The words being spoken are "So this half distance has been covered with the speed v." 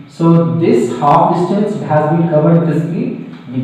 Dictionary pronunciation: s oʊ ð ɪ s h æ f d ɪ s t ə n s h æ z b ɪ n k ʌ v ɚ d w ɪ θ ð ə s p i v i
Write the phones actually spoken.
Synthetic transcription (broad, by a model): s oʊ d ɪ s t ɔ p d ɪ s t ə n s h æ z b ɪ n k ʌ v ɚ d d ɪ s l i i